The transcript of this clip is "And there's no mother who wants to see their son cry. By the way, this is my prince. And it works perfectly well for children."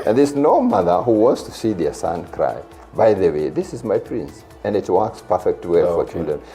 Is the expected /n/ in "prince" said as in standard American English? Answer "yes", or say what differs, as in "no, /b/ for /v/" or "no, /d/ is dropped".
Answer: yes